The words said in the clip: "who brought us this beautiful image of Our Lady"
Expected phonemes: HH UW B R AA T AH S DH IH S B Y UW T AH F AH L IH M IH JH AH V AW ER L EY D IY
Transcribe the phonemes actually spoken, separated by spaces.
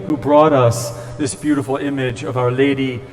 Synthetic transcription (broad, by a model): HH UW B R AA T AH S DH IH S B Y UW T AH F L IH M IH JH AH V AW ER L EY D IY